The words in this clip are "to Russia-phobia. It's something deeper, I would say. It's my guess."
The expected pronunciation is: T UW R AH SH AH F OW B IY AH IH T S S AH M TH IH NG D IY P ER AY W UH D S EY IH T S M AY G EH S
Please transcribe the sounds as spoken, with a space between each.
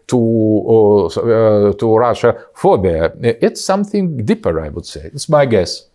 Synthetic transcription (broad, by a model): T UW R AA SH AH F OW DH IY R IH T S S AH M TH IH NG D IY P ER AY W UH D S EY IH T S M AY G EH S